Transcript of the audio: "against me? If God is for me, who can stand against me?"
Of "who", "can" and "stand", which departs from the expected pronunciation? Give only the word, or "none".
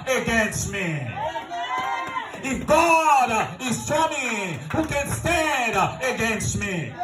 stand